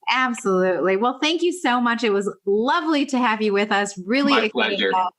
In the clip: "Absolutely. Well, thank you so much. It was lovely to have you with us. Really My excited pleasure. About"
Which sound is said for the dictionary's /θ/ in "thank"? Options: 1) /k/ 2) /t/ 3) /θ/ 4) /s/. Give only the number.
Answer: 3